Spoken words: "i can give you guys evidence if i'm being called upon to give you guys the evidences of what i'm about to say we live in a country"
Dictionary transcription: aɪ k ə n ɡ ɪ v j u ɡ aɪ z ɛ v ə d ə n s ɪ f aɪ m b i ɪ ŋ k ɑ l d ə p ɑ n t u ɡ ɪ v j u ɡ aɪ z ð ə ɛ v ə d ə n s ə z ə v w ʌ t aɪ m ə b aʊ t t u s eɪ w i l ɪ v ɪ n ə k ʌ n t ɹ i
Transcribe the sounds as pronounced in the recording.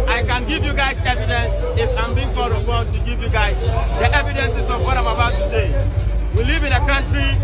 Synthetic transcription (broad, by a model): aɪ k ə n ɡ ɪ v j u ɡ aɪ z ɛ v ə d ə n s ɪ f aɪ m b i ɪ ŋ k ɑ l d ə b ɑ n t u ɡ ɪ v j u ɡ aɪ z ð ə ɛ v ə d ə n s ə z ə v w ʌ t aɪ m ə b aʊ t t u s eɪ w i l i v ɪ n ə k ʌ n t ɹ i